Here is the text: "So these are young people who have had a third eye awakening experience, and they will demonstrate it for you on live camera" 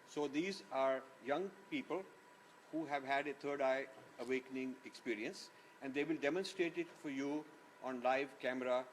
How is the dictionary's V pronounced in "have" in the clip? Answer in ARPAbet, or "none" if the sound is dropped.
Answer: V